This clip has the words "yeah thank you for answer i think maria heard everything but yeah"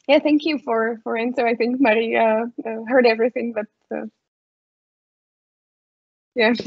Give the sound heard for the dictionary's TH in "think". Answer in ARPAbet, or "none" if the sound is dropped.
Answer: TH